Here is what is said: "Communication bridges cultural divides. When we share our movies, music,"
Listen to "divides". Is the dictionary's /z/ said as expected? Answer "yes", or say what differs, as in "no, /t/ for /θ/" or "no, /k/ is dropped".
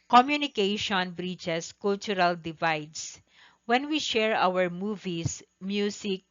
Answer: no, /s/ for /z/